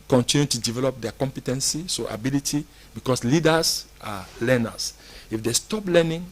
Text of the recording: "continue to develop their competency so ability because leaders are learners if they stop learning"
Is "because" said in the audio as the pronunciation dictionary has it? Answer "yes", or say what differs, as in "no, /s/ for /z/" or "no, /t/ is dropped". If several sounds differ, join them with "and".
no, /s/ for /z/